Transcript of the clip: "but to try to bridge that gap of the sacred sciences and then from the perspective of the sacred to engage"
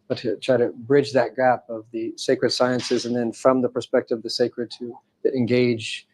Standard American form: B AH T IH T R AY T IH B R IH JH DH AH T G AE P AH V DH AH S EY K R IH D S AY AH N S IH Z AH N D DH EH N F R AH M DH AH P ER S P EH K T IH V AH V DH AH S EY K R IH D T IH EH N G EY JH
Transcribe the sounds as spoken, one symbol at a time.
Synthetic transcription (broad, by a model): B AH T IH T R AY T IH B R IH JH DH AH T G AE P AH V DH AH S EY K R IH D S AY AH N S IH Z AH N DH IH N F R AH M DH AH P ER S P EH K T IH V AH V DH AH S EY K R IH D T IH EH N G EY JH